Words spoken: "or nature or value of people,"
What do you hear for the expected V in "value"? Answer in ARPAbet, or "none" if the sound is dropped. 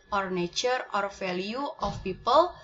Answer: F